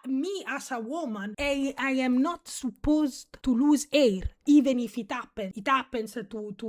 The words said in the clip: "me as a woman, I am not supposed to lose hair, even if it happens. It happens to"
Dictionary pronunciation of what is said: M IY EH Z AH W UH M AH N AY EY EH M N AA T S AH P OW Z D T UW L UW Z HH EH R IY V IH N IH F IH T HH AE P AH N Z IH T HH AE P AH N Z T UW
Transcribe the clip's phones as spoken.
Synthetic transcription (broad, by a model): M IY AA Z AH W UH M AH N AY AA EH M N AA T S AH P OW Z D T UW L UW Z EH R IY V IH N IH F IH T HH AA P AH N IH T HH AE P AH N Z T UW